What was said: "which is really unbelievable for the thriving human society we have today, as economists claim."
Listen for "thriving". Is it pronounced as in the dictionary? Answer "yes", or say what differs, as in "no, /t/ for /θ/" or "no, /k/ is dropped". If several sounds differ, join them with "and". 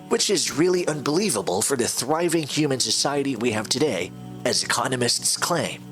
yes